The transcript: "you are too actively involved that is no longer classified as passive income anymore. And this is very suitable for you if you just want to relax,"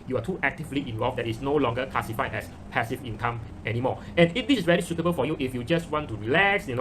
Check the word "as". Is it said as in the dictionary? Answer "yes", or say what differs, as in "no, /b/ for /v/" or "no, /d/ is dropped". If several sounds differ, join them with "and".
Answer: no, /s/ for /z/